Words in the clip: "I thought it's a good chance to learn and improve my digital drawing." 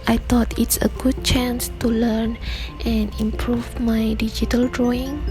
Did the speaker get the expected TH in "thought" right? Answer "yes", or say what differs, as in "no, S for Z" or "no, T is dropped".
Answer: no, T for TH